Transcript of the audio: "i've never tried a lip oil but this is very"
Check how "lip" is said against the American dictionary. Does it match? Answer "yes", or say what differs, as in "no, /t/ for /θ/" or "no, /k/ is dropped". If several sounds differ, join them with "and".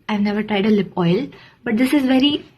yes